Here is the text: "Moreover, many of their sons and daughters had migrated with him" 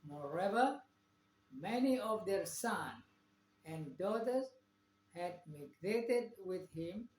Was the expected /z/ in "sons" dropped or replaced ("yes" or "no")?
yes